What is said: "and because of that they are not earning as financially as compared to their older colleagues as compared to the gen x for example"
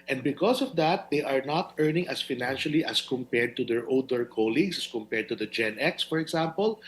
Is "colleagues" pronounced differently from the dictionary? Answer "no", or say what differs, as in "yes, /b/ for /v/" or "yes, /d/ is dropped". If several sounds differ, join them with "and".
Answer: yes, /s/ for /z/